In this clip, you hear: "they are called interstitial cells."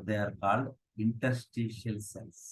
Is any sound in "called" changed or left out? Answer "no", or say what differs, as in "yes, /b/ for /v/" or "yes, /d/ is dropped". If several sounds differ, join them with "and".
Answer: no